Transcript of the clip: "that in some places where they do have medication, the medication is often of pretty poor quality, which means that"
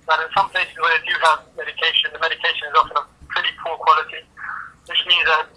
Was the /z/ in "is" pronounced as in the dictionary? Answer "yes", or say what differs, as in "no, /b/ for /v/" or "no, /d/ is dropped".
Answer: yes